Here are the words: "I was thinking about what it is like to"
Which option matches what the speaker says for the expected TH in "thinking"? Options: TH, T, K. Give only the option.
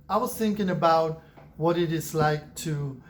TH